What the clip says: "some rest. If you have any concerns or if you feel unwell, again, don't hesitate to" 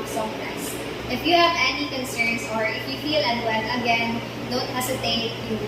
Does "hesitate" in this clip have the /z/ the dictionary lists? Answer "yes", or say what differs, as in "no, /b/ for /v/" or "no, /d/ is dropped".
no, /s/ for /z/